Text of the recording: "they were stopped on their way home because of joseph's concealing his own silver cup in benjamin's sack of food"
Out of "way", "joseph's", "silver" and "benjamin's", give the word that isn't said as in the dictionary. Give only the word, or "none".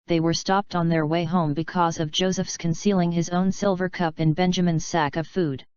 none